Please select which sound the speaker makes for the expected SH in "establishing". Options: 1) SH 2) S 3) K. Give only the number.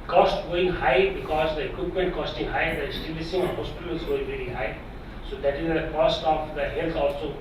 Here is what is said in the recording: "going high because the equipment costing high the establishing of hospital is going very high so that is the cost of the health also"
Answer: 2